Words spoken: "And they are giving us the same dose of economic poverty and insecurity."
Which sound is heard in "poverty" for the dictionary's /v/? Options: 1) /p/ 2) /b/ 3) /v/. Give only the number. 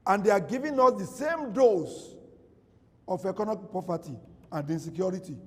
1